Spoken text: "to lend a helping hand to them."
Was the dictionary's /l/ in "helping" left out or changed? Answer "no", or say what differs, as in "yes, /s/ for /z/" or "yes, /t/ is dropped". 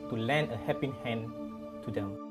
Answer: yes, /l/ is dropped